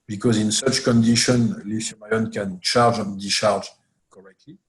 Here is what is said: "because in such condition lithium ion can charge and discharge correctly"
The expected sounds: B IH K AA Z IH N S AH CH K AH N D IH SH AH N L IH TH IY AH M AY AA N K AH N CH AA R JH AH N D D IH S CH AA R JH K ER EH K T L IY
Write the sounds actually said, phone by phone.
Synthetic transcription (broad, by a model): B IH K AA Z IH N S AH CH K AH N D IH SH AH N L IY S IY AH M AY AA N K AH N CH AA R JH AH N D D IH CH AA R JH K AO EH K T L IY